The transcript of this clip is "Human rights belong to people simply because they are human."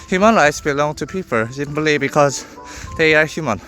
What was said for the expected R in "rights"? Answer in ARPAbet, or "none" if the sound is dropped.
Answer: R